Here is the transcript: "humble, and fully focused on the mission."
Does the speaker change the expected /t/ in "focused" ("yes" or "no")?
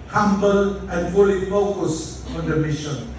yes